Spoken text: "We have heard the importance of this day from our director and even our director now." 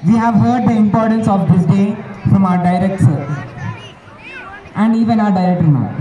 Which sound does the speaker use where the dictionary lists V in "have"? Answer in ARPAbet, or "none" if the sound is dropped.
V